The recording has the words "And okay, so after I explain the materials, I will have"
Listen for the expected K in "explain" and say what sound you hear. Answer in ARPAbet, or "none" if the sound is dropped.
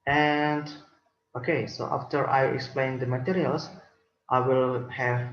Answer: K